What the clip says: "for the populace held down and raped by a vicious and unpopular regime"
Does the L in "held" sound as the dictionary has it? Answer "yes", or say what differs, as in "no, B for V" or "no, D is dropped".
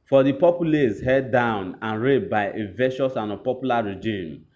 no, L is dropped